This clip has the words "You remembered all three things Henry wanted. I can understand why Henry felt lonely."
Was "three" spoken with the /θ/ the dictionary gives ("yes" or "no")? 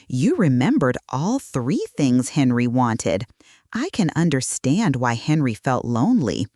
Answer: yes